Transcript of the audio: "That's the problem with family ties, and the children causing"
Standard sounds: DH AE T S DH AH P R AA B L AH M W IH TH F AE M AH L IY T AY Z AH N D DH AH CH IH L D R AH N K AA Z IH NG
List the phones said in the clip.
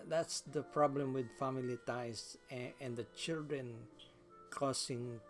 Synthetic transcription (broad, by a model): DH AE T S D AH P R AA B L AH M W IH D F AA M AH L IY T AY S AH N D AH CH IH L D R AH N K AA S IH NG